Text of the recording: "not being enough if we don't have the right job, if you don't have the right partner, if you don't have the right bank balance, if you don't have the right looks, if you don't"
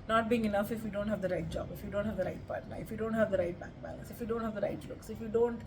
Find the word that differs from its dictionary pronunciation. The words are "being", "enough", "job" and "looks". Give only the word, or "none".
none